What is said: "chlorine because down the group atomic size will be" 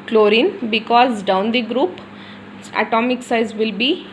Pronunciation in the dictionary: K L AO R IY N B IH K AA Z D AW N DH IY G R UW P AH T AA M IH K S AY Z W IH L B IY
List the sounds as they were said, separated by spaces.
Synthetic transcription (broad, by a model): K L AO R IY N B IH K AA Z D AW N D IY G R UW P AH T AA M IH K S AY Z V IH L B IY